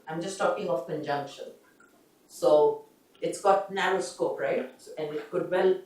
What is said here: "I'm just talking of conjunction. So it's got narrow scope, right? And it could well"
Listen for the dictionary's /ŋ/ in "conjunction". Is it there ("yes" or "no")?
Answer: yes